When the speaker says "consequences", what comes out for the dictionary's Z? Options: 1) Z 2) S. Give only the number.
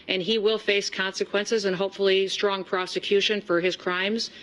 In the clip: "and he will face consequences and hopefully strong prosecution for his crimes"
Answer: 1